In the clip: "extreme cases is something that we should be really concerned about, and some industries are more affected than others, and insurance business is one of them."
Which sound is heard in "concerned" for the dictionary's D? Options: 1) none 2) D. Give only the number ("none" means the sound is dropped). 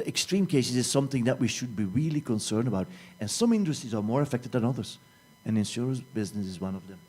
2